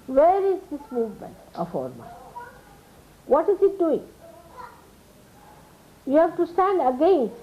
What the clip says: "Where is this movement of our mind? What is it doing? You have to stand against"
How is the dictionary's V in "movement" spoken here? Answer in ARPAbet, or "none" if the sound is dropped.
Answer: V